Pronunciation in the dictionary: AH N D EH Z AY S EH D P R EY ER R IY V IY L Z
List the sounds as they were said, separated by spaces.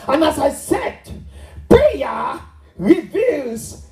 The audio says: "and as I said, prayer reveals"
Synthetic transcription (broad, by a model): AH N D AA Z AY S EH D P EY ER R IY V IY L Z